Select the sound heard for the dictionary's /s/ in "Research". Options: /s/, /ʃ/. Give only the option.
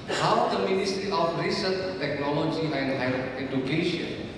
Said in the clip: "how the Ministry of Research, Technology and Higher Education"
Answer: /s/